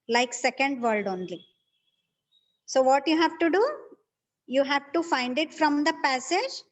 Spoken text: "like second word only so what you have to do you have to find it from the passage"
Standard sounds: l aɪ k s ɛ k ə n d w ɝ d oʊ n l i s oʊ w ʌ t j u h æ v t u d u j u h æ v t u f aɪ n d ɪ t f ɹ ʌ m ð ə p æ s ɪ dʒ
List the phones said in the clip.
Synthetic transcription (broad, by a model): l aɪ k s ɛ k ə n d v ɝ d oʊ n l i s oʊ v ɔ t j u h æ v t u d u j u h æ v t u f aɪ n d ɪ t f ɹ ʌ m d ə p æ s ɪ dʒ